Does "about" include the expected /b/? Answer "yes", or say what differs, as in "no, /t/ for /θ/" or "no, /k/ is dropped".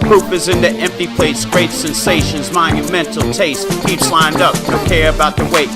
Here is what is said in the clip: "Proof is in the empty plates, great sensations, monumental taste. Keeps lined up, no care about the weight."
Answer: yes